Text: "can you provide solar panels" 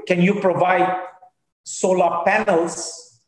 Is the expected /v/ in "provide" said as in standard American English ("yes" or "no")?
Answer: yes